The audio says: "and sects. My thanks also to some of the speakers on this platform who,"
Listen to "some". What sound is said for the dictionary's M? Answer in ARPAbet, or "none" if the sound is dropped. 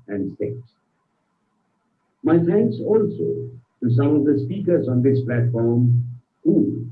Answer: none